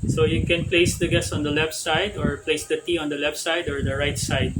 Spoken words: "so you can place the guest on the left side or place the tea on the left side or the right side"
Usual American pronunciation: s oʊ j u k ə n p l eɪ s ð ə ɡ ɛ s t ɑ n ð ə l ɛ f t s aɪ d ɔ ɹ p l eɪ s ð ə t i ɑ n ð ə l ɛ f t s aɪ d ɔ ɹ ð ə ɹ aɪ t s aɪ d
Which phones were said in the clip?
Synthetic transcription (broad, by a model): s oʊ j u k ə n p l eɪ s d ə ɡ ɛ s ɑ n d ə l ɛ f t s aɪ d ɔ ɹ p l eɪ s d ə t i ɑ n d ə l ɛ f t s aɪ d ɔ ɹ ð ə ɹ aɪ t s aɪ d